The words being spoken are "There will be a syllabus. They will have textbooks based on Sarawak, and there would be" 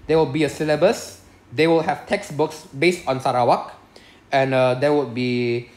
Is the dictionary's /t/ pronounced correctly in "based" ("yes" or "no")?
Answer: yes